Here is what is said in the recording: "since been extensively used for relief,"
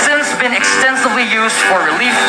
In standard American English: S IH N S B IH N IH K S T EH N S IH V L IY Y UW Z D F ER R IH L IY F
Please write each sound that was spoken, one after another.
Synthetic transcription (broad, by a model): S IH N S B IH N IH K S T EH N S IH V L IY Y UW Z D F ER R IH L IY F